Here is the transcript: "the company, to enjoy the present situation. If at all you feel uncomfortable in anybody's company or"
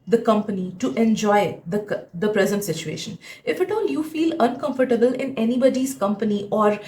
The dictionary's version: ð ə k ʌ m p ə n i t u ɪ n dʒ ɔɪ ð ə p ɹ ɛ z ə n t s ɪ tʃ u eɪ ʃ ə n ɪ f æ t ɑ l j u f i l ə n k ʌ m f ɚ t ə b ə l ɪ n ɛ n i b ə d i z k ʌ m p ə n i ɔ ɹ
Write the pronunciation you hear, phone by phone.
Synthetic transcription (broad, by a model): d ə k ʌ m p ə n i t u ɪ n dʒ ɔɪ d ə p ɹ ɛ z ə n t s ɪ tʃ u eɪ ʃ ə n ɪ f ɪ t ɑ l j u f i l ə n k ʌ m f ɚ t ə b ə l ɪ n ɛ n i b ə d i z k ʌ m p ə n i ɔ ɹ